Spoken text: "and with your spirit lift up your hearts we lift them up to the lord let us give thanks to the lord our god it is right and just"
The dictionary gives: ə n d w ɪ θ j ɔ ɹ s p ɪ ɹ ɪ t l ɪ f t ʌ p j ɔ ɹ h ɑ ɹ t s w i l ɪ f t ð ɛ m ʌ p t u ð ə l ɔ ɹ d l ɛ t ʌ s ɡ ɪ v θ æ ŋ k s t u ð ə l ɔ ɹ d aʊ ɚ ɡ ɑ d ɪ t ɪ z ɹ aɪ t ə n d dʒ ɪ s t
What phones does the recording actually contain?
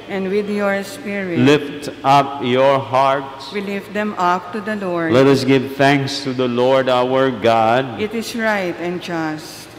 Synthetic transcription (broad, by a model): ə n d w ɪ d j ɔ ɹ s p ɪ ɹ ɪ l ɪ f t ʌ p j ɔ ɹ h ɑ ɹ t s w i l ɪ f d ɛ m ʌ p t u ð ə l ɔ ɹ d l ɛ t ʌ s ɡ ɪ v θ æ ŋ k s t u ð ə l ɔ ɹ d aʊ ɚ ɡ ɑ d ɪ t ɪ s ɹ aɪ t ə n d dʒ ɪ s t